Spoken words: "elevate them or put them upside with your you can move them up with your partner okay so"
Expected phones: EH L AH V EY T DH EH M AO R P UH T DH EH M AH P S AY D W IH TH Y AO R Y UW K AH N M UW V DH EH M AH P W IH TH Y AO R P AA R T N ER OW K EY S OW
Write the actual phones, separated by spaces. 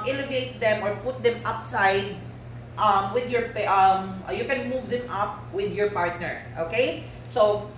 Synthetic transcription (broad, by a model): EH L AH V EY T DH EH M AO R P UH T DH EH M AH P S AY D W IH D Y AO R Y UW K AH N M UW V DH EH M AH P W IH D Y AO R P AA R T N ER OW K EY S OW